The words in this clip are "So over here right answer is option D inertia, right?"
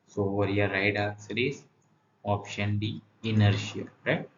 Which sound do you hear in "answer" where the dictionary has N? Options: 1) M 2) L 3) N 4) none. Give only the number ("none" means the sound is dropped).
4